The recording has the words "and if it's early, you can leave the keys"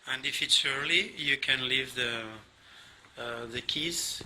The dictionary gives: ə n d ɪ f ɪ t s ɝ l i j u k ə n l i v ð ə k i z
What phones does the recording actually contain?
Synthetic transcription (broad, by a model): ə n d ɪ f ɪ t s ɝ l i j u k ə n l i v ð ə k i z